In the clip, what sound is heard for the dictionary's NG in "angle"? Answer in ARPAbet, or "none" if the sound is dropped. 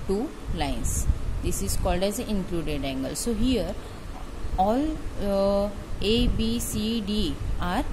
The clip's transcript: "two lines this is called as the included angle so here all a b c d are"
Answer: NG